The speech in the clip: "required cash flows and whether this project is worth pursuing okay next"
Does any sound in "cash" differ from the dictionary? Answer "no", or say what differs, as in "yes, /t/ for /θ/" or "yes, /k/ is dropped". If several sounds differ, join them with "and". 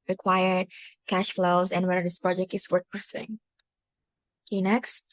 no